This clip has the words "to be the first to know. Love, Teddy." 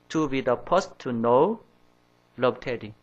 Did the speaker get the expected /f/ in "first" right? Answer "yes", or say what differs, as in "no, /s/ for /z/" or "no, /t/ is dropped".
no, /p/ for /f/